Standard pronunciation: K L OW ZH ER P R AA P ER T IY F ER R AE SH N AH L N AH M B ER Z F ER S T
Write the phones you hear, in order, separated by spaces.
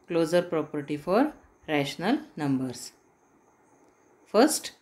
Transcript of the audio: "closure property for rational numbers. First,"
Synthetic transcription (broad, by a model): K L OW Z ER P R AA P ER T IY F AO R AE SH N AH L N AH M B ER S F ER S T